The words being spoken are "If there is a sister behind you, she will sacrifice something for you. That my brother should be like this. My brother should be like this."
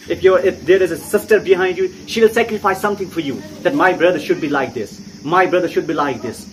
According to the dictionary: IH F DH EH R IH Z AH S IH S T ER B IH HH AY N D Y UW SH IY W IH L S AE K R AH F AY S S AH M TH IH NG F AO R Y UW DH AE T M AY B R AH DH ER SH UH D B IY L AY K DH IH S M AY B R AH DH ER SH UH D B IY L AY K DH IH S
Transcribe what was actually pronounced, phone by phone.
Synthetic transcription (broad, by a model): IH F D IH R IH Z AH S IH S T ER B IH HH AY N D Y UW SH IY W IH L S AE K R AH F AY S S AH M T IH NG F AO R Y UW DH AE T M AY B R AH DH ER SH UH D B IY L AY K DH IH S M AY B R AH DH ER SH UH D B IY L AY K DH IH S